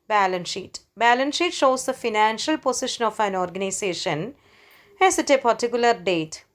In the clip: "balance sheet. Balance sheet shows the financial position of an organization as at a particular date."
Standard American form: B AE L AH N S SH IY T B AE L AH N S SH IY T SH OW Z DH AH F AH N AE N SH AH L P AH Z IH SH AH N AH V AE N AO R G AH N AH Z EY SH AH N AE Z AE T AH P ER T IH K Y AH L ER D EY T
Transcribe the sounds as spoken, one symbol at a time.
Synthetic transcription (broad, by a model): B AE L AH N SH IY T B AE L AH N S SH IY T SH OW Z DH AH F AH N AE N SH AH L P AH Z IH SH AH N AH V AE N AO R G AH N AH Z EY SH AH N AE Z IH T AH P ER T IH K Y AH L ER D EY T